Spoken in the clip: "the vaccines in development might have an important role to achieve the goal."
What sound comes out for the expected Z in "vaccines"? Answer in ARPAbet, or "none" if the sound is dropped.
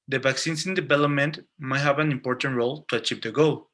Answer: S